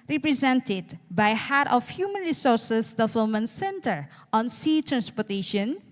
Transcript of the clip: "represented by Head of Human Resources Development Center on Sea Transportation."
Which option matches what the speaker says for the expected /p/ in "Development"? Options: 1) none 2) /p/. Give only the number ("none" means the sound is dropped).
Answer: 1